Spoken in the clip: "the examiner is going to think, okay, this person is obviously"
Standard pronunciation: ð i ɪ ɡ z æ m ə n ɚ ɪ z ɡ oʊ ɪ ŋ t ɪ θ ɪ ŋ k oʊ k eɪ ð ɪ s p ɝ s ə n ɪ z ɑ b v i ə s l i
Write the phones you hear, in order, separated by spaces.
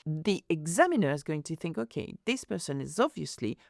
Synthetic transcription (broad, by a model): ð i ɪ ɡ z æ m ə n ɚ ɪ z ɡ oʊ ɪ ŋ t ɪ θ ɪ ŋ k oʊ k eɪ ð ɪ s p ɝ s ə n ɪ z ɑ b v i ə s l i